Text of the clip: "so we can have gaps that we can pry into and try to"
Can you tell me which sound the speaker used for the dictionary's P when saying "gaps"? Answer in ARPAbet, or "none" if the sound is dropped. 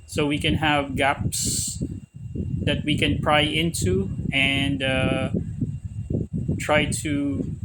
P